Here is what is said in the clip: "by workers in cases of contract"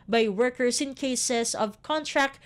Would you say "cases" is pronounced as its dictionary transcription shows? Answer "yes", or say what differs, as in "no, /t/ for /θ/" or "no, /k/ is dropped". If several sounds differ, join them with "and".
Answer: no, /s/ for /z/